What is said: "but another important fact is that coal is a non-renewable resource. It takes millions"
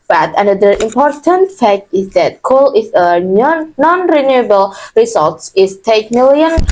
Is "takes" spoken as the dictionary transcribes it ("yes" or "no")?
no